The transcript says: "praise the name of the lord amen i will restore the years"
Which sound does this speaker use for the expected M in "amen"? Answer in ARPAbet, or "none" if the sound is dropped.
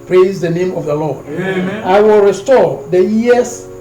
none